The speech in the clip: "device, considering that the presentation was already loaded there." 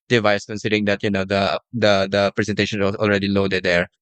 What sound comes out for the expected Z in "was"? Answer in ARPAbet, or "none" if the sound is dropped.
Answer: S